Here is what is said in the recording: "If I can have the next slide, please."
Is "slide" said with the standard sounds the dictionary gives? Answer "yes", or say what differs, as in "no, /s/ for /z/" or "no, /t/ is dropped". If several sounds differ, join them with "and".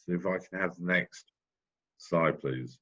no, /l/ is dropped